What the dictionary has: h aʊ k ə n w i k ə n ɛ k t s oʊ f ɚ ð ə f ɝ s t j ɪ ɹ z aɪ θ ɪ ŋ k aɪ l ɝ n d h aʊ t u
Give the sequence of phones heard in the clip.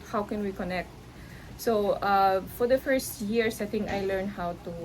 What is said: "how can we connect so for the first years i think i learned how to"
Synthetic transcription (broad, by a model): h aʊ k ə n w i k ə n ɛ k t s oʊ f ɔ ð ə f ɝ s t j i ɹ s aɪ t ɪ ŋ aɪ l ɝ n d h aʊ t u